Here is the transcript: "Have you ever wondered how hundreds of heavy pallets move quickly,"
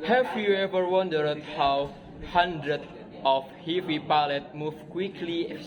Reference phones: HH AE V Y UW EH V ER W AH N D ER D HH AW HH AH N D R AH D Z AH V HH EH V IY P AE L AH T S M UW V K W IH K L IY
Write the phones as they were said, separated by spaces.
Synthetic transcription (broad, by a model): HH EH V Y UW EH V ER W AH N D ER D HH AW HH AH N D R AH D AH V HH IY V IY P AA L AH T M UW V K W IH K L IY